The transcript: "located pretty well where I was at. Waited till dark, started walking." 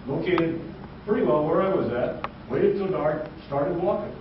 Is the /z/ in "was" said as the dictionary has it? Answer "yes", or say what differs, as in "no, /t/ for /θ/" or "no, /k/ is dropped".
yes